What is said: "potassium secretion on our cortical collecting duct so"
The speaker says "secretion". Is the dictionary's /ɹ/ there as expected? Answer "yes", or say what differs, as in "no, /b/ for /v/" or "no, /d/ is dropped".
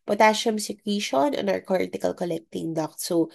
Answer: no, /w/ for /ɹ/